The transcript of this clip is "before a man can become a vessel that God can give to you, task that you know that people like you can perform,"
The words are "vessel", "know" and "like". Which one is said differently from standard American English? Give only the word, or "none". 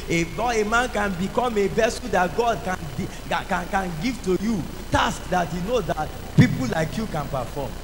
vessel